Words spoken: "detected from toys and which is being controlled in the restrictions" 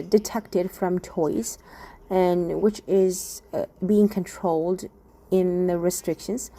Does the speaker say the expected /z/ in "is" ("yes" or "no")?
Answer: yes